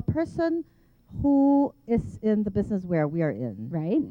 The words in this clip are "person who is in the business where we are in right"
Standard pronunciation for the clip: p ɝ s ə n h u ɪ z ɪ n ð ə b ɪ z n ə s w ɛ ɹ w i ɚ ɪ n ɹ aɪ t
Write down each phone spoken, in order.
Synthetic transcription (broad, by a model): p ɝ s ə n h u ɪ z ɪ n ð ə b ɪ z n ə s w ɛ ɹ w i ɚ ɪ n ɹ aɪ t